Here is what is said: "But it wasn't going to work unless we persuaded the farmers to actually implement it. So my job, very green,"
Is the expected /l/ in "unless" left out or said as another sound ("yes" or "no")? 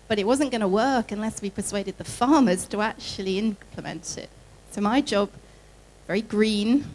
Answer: no